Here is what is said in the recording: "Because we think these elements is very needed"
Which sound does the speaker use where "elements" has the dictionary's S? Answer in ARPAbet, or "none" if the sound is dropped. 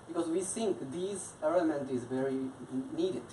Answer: none